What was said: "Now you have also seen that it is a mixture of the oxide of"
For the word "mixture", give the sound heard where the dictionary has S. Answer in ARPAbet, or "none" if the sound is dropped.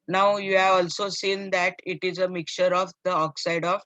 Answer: none